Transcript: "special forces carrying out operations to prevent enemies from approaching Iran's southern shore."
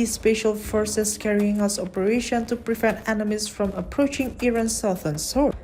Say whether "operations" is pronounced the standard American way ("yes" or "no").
no